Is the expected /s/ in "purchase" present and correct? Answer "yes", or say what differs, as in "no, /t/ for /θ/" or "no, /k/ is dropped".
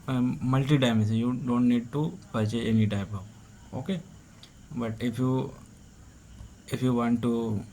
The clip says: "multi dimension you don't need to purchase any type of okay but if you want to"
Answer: no, /s/ is dropped